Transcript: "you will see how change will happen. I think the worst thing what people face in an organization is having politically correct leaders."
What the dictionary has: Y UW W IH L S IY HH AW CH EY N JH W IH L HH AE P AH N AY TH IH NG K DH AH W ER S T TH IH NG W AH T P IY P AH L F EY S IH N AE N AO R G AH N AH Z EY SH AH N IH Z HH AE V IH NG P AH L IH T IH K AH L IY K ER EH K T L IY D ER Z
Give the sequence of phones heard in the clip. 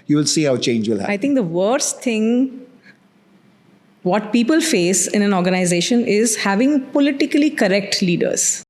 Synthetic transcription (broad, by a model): Y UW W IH L S IY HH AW CH EY N JH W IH L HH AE AH IH T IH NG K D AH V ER S T T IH NG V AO T P IY P AH L F EY S IH N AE N AO R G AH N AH Z EY SH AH N IH Z HH AE V IH NG P AH L IH T IH K AH L IY K ER EH K T L IY D ER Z